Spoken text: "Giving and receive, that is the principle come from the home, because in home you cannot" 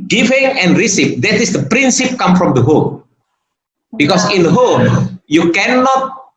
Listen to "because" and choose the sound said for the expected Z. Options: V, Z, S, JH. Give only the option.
S